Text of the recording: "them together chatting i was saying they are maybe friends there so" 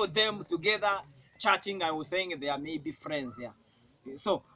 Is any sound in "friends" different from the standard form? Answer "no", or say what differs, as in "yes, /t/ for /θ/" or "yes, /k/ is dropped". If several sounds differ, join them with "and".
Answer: no